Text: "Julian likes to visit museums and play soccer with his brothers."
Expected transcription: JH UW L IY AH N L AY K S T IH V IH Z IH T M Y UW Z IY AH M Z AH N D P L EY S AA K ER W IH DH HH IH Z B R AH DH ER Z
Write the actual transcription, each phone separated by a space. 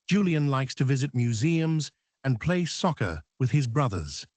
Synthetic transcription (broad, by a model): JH UW L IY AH N L AY K S T IH V IH Z IH T M Y UW Z IY AH M Z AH N P L EY S AA K ER W IH DH IH Z B R AH DH ER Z